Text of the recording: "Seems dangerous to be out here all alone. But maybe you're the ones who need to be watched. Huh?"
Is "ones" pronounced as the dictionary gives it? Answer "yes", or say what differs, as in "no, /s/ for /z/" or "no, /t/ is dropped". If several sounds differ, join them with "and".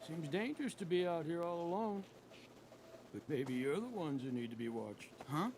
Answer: yes